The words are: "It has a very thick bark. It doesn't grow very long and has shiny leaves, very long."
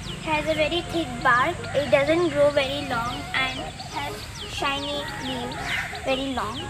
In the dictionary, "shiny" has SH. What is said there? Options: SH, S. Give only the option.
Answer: SH